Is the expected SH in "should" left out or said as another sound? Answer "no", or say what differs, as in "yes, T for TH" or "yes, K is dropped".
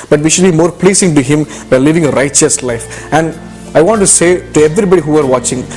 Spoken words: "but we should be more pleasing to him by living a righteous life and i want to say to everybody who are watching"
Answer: no